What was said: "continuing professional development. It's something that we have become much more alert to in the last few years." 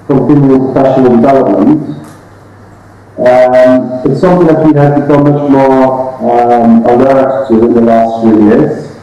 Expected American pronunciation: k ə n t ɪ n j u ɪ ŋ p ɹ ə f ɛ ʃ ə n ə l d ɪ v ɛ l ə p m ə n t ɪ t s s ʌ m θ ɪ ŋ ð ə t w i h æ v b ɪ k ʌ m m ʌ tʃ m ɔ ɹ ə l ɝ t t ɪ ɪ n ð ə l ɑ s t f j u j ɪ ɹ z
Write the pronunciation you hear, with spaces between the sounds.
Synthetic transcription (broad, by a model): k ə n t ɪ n j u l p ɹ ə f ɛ ʃ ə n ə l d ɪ v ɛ l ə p m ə n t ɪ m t s ʌ m θ ɪ ŋ ð ə t w i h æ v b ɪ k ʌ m m ʌ tʃ m ɔ ɹ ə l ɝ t t ɪ ɪ n ð ə l ɑ s t f j u j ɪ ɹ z